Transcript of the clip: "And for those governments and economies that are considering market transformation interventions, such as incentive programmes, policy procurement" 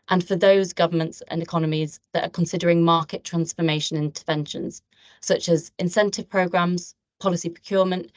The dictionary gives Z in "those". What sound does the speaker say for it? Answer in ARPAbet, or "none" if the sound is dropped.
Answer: Z